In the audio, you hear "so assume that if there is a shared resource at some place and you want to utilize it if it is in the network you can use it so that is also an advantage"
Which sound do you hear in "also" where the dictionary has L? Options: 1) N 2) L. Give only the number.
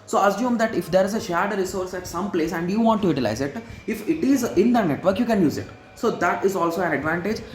2